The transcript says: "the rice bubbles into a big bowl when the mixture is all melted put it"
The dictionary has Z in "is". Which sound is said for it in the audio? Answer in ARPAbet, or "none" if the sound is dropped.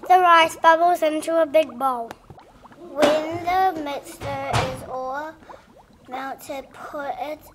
Z